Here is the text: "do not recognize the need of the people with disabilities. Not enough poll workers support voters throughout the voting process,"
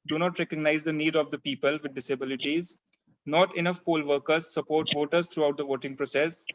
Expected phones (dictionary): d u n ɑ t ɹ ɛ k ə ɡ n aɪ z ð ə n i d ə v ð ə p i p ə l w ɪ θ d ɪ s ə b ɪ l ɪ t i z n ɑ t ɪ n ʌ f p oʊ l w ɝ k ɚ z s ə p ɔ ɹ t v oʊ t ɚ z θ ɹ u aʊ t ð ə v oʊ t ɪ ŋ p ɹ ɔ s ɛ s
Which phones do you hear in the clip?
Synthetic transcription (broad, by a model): d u n ɑ t ɹ ɛ k ə ɡ n aɪ z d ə n i d ə v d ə p i p ə l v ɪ d ɪ s ə b ɪ l ɪ t i z n ɑ t ɪ n ʌ f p oʊ l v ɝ k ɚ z s ə p ɔ ɹ t v oʊ t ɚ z t ɹ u aʊ t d ə v oʊ t ɪ ŋ p ɹ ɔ s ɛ s